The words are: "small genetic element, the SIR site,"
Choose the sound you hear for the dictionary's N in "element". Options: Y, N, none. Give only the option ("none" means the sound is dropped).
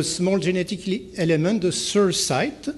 none